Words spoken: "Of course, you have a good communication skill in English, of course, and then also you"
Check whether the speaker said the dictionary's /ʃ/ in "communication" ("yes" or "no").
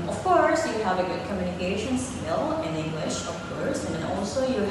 yes